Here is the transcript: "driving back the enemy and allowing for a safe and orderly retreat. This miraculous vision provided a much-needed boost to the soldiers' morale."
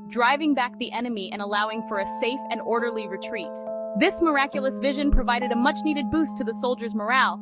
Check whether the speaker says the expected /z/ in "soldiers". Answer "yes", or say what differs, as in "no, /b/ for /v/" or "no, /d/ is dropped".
yes